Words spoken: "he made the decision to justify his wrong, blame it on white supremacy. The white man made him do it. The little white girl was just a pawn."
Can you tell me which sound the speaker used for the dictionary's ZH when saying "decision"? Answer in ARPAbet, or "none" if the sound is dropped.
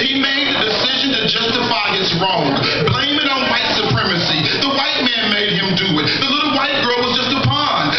ZH